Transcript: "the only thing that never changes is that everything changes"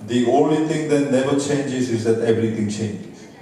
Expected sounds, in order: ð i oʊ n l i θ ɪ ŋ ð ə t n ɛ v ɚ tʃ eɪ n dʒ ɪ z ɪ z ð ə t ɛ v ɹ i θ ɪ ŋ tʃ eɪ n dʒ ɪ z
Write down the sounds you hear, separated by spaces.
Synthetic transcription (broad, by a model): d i oʊ n l i t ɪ ŋ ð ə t n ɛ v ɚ tʃ eɪ n dʒ ɪ z ɪ z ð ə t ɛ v ɹ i t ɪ ŋ tʃ eɪ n dʒ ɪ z